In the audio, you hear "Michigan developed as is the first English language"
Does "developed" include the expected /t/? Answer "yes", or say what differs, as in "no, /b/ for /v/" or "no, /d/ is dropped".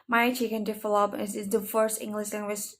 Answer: no, /t/ is dropped